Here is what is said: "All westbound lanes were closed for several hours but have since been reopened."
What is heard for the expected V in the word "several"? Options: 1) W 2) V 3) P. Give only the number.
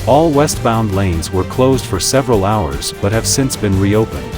2